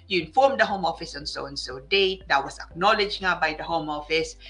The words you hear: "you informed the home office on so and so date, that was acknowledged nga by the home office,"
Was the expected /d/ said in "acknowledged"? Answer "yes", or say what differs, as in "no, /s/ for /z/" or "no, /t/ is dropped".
no, /d/ is dropped